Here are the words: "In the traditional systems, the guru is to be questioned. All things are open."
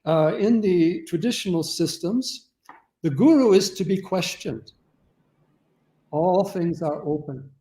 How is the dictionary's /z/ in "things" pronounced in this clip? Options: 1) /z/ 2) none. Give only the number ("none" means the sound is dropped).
1